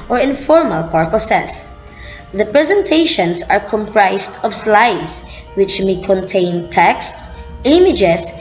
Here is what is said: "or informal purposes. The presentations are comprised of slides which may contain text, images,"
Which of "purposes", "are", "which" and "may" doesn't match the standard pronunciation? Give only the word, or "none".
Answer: purposes